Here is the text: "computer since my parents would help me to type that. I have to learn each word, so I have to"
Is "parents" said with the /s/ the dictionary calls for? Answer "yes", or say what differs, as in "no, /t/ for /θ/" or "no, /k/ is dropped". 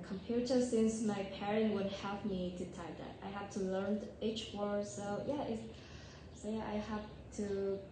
no, /s/ is dropped